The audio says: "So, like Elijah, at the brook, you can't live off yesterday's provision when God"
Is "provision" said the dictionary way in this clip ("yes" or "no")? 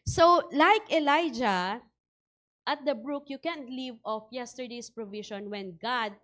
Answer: no